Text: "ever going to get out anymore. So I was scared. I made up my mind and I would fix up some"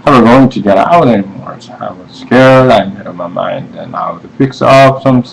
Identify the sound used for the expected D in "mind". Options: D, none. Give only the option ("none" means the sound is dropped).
D